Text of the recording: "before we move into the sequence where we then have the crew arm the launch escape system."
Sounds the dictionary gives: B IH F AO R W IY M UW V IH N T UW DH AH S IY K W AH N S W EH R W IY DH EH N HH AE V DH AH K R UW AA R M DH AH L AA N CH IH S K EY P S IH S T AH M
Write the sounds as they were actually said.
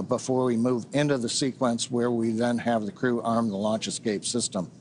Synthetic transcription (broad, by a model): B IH F AO R W IY M UW V IH N T UW DH AH S IY K W AH N S W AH R W IY DH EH N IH V DH AH K R UW AA R M DH AH L AA N CH IH S K EY P S IH S T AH M